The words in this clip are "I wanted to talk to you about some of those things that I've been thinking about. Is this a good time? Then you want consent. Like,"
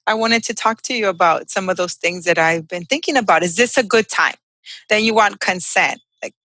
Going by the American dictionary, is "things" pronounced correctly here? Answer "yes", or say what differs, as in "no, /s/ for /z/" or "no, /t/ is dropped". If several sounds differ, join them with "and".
yes